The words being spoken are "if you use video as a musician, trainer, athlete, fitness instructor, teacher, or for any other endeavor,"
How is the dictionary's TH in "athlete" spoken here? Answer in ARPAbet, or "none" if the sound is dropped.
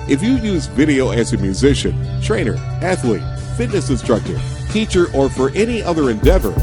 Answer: TH